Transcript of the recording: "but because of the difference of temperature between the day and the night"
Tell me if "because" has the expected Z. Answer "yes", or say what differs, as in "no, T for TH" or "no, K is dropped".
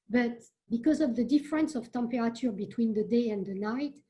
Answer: yes